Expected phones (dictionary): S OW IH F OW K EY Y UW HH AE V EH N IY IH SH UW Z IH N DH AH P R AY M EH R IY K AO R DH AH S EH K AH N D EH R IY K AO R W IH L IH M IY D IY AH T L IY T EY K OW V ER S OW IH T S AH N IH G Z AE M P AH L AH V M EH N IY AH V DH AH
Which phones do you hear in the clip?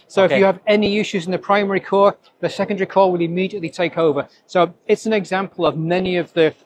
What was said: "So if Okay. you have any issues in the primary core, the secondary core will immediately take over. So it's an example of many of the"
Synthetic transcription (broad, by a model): S OW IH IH Y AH V EH N IY IH SH UW Z IH N DH AH P R AY M EH R IY K AO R DH AH S EH K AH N D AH R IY K AO W IH L IH M IY D IY AH T L IY T EY K OW V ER S OW IH T S AH N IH G Z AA M P AH L AH V M EH N IY AH V DH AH